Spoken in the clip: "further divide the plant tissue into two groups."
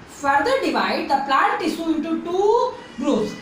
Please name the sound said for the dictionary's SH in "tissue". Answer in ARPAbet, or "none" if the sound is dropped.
S